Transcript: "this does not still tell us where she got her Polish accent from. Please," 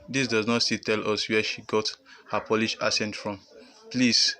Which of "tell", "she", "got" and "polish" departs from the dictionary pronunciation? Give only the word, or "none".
none